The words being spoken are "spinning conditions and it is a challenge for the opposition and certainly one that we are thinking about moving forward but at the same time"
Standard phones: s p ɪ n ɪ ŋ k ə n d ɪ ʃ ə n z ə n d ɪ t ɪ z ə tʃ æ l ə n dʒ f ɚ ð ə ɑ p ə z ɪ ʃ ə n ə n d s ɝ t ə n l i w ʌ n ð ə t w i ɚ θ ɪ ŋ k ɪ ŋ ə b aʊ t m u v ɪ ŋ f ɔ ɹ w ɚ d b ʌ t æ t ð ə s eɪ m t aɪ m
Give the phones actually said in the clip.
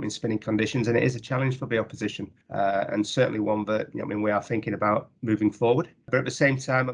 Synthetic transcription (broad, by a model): s p ɪ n ɪ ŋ k ə n d ɪ ʃ ə n z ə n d ɪ t ɪ z ə tʃ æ l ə n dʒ f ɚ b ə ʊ p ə z ɪ ʃ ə n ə n s ɝ t n l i w ʌ n ð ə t w i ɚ θ ɪ ŋ k ɪ ŋ ə b aʊ t m u v ɪ ŋ f ɔ ɹ w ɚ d b ʌ t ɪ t ð ə s eɪ m t aɪ m